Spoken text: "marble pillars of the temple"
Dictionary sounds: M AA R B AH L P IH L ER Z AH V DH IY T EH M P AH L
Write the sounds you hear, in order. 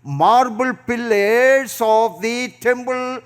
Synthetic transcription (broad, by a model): M AA R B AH L P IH L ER S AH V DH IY T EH M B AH L